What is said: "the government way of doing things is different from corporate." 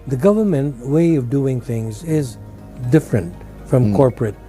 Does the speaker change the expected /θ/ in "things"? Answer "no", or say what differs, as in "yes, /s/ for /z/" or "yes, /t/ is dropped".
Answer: no